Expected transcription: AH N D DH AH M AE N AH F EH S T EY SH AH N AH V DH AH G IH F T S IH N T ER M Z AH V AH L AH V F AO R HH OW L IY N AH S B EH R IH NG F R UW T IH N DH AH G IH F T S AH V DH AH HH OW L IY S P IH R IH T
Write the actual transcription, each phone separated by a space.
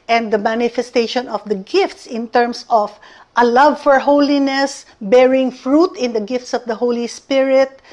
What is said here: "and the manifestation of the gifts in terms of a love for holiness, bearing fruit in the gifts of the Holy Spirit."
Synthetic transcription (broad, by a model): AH N D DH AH M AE N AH F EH S T EY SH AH N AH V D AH G IH F T S IH N T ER M S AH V AH L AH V F AO R HH OW L IY N AH S B EH R IH NG F R UW T IH N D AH G IH F T S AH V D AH HH OW L IY S P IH R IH T